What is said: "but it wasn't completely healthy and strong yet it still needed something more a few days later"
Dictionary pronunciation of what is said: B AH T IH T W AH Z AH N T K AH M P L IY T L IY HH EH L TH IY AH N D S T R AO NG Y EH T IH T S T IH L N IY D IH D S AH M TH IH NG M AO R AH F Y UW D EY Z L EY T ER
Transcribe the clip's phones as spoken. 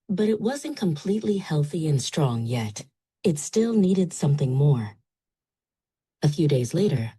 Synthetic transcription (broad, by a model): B AH T IH T W AH Z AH N K AH M P L IY T L IY HH EH L TH IY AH N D S T R AO NG Y EH T IH T S T IH L N IY D IH D S AH M TH IH NG M AO R AH F Y UW D EY Z L EY T ER